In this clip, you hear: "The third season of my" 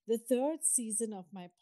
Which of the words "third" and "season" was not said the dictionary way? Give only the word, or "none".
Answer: third